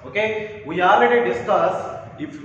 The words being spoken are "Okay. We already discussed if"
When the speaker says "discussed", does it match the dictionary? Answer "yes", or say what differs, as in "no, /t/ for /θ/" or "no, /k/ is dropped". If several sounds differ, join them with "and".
no, /t/ is dropped